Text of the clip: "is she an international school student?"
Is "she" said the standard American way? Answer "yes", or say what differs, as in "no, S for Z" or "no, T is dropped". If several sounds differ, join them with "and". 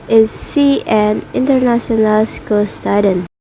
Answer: no, S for SH